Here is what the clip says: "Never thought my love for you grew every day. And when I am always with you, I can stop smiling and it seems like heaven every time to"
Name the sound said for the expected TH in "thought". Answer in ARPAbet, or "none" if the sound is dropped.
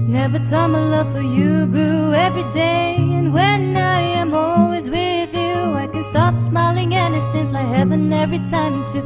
T